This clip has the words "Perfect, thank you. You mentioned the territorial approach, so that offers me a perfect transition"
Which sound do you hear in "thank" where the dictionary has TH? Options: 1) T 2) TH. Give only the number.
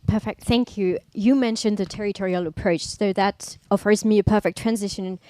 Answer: 2